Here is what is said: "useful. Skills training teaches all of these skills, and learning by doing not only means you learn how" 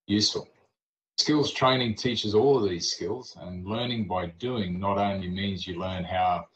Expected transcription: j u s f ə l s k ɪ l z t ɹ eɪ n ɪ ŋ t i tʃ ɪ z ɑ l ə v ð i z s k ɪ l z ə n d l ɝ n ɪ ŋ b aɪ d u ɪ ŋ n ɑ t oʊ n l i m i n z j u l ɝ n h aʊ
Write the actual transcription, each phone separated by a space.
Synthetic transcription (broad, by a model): j u s f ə l s k ɪ l z t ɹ eɪ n ɪ ŋ t i tʃ ɪ z ɑ l ə v ð i z s k ɪ l z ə n l ɝ n ɪ ŋ b aɪ d u ɪ ŋ n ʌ t oʊ n l i m i n z j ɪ l ɝ n h aʊ